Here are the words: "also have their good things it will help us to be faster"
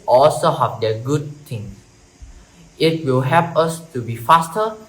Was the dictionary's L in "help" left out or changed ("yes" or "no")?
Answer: yes